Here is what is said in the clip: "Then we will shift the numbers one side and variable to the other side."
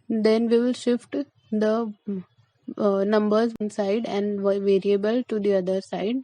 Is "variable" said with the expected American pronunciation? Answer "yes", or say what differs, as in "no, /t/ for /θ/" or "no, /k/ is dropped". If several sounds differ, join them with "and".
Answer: yes